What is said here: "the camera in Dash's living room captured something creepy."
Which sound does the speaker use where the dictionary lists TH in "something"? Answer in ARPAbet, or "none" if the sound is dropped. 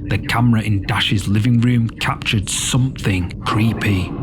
TH